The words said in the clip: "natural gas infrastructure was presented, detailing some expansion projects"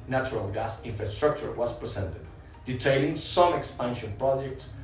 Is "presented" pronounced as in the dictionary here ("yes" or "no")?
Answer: no